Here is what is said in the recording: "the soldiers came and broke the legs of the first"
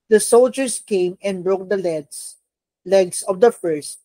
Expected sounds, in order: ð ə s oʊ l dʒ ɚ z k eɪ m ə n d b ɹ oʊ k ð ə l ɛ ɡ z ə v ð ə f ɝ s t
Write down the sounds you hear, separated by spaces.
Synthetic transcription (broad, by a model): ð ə s oʊ l dʒ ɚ s k eɪ m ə n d b ɹ oʊ k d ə l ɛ ɡ s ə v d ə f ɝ s t